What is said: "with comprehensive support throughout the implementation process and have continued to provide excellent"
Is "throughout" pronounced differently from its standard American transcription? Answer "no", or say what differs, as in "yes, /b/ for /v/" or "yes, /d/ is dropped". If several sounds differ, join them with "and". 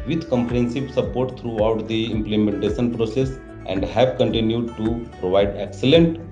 yes, /t/ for /θ/